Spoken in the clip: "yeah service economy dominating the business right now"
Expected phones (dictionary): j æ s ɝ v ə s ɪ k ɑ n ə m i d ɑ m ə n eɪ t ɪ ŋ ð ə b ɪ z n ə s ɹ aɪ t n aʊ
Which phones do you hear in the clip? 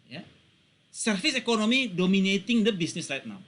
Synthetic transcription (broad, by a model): j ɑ s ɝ f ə s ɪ k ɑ n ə m i d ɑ m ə n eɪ t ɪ ŋ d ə b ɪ s n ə s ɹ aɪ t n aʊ